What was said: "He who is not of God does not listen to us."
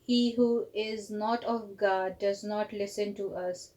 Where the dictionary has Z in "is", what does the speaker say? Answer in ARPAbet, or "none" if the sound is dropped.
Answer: Z